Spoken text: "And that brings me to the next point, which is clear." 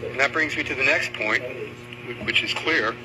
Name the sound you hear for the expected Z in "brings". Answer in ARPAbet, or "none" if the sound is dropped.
Z